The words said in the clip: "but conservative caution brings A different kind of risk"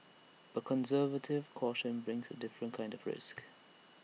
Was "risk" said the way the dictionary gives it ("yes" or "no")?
yes